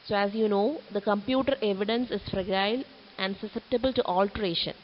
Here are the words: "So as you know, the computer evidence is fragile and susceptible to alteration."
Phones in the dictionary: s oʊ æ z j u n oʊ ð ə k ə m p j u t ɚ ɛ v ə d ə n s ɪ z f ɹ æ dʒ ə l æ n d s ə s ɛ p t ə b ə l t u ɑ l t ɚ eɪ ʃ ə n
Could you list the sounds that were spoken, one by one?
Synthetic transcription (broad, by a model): s oʊ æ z j u n oʊ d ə k ə m p j u t ɚ ɛ v ə d ə n s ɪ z f ɹ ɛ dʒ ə l æ n d s ə s ɛ p t ə b ə l t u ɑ l t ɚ eɪ ʃ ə n